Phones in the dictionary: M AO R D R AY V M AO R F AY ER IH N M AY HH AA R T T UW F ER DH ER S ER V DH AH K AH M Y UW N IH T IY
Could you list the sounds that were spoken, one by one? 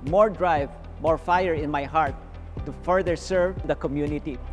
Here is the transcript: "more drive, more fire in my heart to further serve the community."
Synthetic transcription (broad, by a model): M AO R D R AY V M AO R F AY ER IH N M AY HH AA R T T UW F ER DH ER S ER V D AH K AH M Y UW N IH T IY